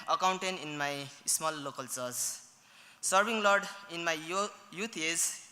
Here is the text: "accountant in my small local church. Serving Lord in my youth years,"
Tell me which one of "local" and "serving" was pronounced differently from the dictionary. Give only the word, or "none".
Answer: serving